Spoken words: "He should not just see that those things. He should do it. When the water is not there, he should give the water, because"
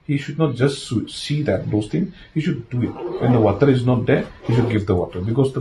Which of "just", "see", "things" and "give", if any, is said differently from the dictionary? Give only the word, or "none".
things